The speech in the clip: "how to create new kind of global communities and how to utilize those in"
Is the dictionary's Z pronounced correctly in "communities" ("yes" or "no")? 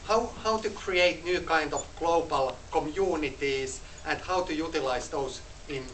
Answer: no